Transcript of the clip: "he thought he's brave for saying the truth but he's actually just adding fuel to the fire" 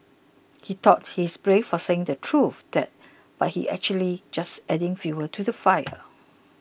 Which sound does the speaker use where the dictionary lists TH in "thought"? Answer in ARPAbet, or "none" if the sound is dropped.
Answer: T